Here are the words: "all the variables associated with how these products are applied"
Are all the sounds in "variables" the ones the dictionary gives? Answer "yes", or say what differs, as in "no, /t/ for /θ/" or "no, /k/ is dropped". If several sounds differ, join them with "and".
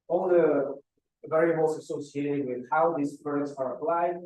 no, /b/ is dropped